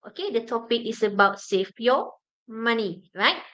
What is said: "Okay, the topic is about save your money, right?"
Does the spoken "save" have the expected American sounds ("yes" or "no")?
no